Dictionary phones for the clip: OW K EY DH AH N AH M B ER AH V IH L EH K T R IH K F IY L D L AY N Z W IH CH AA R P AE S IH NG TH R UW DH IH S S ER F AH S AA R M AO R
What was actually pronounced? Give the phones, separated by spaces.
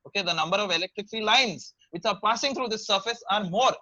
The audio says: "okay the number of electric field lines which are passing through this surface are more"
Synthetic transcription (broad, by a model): OW K EY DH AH N AH M B ER AH V IH L EH K T R IH K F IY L L AY N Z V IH CH AA R P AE S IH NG T R UW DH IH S S ER F AH S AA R M AO R